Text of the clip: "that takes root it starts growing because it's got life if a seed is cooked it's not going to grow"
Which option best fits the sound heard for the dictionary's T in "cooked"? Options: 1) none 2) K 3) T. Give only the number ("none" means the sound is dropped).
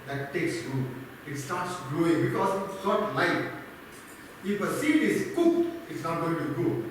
1